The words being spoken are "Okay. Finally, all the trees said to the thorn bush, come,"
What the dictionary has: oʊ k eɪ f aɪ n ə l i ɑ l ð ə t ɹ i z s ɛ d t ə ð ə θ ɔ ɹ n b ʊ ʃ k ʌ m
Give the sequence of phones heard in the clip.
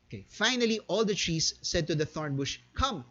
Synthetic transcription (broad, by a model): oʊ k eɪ f aɪ n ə l i ɑ l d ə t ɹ i s ɛ d t ə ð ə θ ɔ ɹ n b ʊ ʃ k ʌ m